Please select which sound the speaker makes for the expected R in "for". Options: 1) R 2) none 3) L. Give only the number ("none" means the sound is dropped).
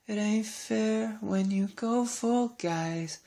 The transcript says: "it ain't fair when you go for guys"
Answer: 3